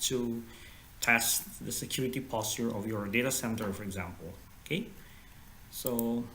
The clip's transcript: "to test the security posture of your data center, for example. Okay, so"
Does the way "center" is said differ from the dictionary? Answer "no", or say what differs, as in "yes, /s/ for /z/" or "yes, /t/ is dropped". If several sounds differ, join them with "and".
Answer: no